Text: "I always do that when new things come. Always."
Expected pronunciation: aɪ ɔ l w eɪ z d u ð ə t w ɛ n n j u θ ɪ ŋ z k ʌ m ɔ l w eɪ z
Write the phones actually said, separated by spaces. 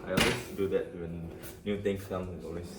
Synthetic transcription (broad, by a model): aɪ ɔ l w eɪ s d u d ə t w ɛ n n j u t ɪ ŋ s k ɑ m ɔ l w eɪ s